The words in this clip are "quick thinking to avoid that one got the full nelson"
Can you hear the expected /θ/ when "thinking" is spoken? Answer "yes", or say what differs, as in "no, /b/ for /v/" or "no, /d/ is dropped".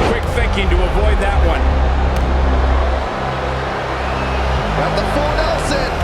yes